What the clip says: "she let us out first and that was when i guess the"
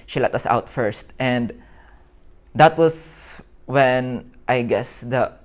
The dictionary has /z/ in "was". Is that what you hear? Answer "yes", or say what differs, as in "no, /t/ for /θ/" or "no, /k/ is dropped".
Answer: no, /s/ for /z/